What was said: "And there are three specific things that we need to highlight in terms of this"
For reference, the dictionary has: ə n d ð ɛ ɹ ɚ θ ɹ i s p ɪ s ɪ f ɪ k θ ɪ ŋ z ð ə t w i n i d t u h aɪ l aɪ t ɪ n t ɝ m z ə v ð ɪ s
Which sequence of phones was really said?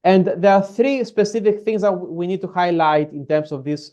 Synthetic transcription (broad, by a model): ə n d ð ɛ ɹ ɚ θ ɹ i s p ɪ s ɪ f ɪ k θ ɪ ŋ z ð ə t w i n i d t u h aɪ l aɪ t ɪ n t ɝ m s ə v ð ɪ s